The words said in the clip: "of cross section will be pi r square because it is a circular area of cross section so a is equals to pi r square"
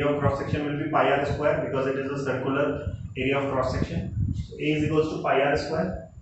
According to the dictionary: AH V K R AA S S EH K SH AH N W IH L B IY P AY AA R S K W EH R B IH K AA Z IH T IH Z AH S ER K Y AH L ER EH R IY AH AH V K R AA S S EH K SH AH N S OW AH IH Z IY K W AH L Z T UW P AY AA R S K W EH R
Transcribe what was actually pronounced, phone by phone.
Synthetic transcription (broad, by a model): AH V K R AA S S EH K SH AH N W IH L B IY P AY AA R S K W EH R B IH K AA Z IH T IH Z AH S ER K Y AH L ER EH R IY AH AH V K R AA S S EH K SH AH N S OW AH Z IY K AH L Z T UW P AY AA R S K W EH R